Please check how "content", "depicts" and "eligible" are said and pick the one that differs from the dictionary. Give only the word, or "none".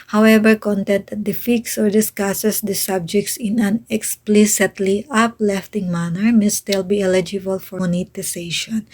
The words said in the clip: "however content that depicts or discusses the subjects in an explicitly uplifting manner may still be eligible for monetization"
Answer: depicts